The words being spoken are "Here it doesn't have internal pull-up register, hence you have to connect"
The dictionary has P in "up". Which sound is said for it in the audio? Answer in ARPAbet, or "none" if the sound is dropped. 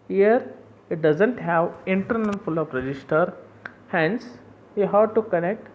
F